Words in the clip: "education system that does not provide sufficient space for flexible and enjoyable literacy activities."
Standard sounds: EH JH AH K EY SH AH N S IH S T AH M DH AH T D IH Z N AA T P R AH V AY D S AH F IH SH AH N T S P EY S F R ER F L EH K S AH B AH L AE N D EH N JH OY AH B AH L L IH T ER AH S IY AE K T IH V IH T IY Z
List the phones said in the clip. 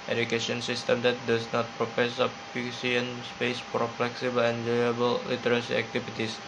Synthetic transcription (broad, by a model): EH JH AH K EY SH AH N S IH S T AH M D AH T D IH S N AA T P R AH P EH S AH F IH S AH N S P EY S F R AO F L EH K S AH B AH L EH N JH OY AH B AH L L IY T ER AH S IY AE K T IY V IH T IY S